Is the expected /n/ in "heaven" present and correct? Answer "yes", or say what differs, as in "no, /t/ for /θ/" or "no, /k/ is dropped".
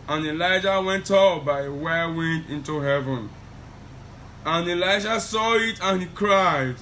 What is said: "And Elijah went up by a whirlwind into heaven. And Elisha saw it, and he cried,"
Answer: yes